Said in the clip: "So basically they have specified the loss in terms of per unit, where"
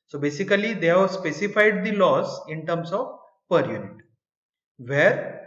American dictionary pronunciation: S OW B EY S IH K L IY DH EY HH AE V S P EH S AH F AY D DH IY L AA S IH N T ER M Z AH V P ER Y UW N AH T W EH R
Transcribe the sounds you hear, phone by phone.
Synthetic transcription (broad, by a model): S OW B EY S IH K L IY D EY HH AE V S P EH S AH F AY D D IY L AA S IH N T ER M S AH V P ER Y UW N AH T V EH R